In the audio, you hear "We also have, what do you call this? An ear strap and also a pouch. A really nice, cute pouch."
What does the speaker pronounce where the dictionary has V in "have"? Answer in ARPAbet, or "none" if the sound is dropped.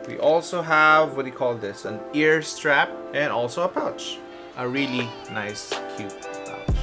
V